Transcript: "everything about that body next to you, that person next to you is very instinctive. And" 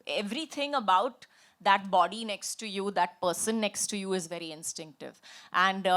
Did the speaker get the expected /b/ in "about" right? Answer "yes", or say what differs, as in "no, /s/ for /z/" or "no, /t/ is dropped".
yes